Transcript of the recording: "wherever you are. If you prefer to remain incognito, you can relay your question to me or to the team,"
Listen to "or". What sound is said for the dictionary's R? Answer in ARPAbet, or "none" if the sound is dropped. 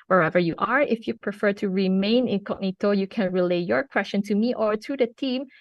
R